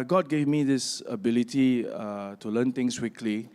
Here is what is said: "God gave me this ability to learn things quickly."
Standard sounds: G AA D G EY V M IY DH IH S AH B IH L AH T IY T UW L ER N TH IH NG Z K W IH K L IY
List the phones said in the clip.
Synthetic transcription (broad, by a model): G AA D G EY V M IY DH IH S AH B IH L AH T IY T UW L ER N T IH NG S K W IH K L IY